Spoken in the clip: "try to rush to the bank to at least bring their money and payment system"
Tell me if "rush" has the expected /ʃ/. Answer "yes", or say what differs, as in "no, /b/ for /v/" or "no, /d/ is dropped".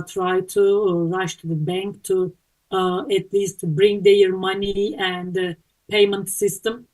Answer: yes